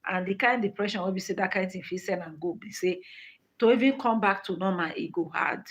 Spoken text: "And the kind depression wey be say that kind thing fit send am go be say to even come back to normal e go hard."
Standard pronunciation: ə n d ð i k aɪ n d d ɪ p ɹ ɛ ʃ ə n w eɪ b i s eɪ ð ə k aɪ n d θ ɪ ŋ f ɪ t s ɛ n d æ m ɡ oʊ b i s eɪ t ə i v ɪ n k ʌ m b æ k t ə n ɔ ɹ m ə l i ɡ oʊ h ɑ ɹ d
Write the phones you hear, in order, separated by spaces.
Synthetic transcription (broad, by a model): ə n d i k aɪ n d d ɪ p ɹ ɛ ʃ ə n w eɪ b i s eɪ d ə k aɪ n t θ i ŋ f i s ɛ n ɑ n ɡ oʊ b i s eɪ t ə i v ɪ n k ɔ m b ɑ k t ə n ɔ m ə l i ɡ oʊ h ɑ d